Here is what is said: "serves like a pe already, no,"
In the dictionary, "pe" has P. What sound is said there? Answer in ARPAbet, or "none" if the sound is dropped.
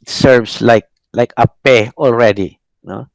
P